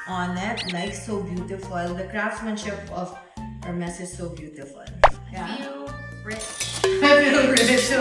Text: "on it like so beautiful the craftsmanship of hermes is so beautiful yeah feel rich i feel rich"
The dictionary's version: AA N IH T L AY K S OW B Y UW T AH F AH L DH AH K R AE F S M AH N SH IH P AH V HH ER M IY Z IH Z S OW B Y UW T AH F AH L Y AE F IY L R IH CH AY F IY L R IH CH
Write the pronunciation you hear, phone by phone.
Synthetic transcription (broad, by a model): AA N IH T N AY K S OW B Y UW T AH F AH L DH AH K R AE F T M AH N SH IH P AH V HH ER M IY S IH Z S OW B Y UW T AH F AH L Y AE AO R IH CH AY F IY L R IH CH